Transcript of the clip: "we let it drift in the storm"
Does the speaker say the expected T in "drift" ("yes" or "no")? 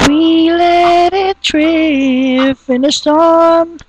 no